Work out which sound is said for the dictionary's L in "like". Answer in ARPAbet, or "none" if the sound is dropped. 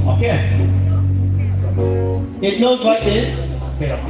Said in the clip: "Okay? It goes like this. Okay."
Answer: W